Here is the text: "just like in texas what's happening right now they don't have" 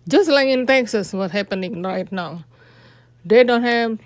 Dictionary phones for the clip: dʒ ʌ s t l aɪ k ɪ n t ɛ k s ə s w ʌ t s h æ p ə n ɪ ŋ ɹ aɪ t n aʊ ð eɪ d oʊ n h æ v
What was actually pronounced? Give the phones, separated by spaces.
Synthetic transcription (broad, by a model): dʒ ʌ s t l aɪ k ɪ n t ɛ k s ə s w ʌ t h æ p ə n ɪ ŋ ɹ aɪ t n aʊ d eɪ d oʊ n h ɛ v